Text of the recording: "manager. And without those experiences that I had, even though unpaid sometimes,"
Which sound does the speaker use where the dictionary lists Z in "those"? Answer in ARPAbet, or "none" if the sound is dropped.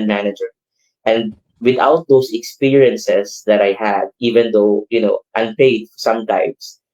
S